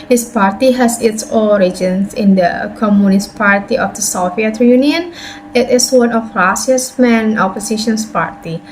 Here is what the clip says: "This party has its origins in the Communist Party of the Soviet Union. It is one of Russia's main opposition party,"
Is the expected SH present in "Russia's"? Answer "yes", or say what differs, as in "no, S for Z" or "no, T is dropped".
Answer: no, S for SH